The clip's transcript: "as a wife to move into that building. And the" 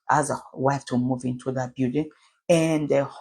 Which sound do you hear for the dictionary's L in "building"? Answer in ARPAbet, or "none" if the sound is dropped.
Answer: none